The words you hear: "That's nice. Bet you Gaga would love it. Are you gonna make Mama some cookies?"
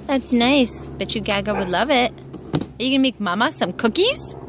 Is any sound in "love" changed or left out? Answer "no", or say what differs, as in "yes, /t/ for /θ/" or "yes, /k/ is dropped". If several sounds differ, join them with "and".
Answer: no